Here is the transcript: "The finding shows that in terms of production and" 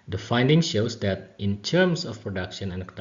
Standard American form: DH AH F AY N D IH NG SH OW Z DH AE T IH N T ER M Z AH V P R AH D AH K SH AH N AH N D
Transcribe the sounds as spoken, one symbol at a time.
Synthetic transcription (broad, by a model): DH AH F AY N D IH NG SH OW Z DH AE T IH N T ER M S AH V P R AH D AH K SH AH N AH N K